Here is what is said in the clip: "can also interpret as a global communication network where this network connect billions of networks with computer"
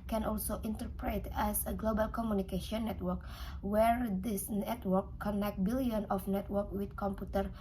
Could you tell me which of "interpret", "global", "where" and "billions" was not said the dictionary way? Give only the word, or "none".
billions